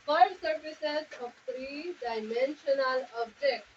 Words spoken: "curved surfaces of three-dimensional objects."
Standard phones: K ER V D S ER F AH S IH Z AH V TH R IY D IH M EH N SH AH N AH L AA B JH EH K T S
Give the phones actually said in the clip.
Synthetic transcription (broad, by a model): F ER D S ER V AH S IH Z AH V T R IY D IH M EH N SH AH N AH L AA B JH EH K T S